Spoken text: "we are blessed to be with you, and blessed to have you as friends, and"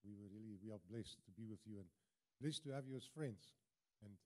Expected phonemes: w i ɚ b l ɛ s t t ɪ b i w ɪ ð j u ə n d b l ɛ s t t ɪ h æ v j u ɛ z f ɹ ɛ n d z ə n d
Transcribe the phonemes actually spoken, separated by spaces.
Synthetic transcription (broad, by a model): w i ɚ b l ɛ s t t ɪ b i w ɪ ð j u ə n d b l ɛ s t t ɪ h æ v j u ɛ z f ɹ ɛ n d z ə n